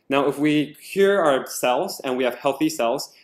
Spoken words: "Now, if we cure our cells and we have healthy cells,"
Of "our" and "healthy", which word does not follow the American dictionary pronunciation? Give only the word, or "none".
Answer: none